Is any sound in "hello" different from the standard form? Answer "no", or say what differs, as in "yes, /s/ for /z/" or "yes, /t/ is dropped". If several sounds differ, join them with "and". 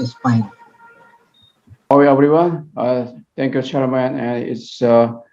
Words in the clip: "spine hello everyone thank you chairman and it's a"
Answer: yes, /w/ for /l/